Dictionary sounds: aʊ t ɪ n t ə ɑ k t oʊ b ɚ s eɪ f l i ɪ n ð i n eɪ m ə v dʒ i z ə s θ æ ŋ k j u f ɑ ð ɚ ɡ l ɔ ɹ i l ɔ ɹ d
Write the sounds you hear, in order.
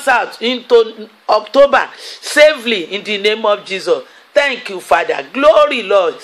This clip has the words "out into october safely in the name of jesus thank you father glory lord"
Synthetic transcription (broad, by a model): aʊ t ɪ n t ə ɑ k t oʊ b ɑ s eɪ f l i ɪ n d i n eɪ m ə f dʒ i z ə s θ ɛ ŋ k j u f ɑ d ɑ ɡ l ɔ ɹ i l ɔ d